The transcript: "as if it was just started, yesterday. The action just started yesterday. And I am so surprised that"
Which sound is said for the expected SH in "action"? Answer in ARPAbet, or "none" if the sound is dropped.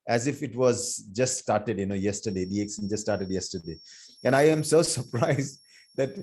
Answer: S